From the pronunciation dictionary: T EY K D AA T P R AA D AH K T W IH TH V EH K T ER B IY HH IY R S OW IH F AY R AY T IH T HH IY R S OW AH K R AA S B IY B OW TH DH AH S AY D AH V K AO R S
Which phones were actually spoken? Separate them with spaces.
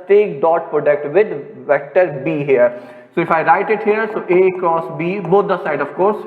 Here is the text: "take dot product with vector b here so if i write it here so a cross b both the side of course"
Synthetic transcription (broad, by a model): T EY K D AA T P R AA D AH K T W IH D V EH K T ER B IY HH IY R S OW IH F AY R AY T IH T HH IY R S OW AH K AA S B IY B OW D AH S AY D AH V K AO R S